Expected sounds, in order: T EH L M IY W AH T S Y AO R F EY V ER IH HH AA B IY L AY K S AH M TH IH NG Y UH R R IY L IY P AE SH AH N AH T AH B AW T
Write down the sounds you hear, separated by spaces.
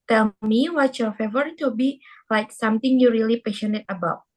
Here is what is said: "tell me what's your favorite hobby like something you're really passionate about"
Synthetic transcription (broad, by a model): T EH L M IY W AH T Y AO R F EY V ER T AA B IY L AY K S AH M T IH NG Y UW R R IY L IY P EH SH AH N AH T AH B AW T